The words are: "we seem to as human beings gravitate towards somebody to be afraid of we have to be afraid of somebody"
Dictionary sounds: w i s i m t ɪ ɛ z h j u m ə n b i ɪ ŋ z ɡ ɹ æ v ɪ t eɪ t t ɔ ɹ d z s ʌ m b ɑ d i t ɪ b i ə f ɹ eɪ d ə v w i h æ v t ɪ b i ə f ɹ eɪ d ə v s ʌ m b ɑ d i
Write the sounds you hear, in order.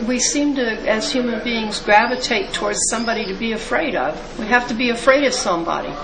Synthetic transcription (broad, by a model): w i s i m t ɪ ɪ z h j u m ə n b i ɪ ŋ z ɡ ɹ æ v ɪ t eɪ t t ɔ ɹ d z s ʌ m b ɑ d i t ɪ b i ə f ɹ eɪ d ə v w i h æ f t ɪ b i ə f ɹ eɪ d ə v s ʌ m b ɑ d i